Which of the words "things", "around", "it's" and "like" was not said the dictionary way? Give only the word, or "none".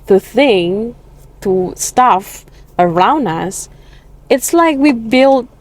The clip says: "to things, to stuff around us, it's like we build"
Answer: things